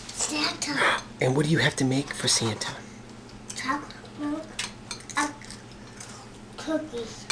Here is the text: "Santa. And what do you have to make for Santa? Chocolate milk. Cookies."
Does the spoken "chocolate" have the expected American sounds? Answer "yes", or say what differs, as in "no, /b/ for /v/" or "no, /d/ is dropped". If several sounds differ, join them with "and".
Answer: no, /l/ is dropped